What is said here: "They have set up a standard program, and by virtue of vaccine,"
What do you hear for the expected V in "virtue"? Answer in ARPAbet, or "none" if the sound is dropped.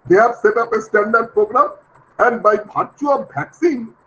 B